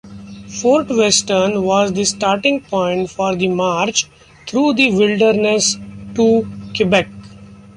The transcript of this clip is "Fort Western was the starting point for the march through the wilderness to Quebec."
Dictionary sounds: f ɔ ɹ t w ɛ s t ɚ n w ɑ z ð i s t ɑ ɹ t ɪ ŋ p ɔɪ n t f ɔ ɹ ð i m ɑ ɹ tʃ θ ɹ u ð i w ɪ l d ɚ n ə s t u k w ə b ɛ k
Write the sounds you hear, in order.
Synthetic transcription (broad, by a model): f ɔ ɹ t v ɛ s t ɚ n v ɑ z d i s t ɑ ɹ t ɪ ŋ p ɔɪ n t f ɔ ɹ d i m ɑ ɹ tʃ t ɹ u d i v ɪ l d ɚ n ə s t u k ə b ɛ k